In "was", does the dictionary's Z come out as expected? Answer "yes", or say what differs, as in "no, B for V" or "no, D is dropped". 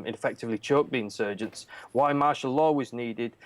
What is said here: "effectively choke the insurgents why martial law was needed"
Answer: yes